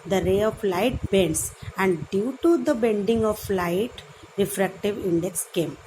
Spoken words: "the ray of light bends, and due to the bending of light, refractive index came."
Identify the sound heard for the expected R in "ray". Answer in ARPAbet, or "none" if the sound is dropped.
R